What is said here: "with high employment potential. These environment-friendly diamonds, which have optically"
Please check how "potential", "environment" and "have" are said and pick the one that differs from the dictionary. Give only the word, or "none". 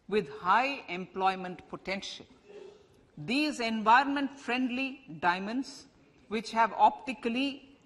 none